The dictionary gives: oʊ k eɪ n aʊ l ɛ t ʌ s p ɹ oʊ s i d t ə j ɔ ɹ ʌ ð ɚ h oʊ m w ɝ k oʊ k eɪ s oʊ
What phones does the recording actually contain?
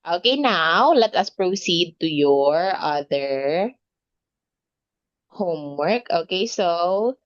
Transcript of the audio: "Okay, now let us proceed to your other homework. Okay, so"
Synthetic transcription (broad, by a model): oʊ k eɪ n aʊ l ɛ t ʌ s p ɹ oʊ s i d t ə j ɔ ɹ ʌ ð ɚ h oʊ m w ɝ k oʊ k eɪ s oʊ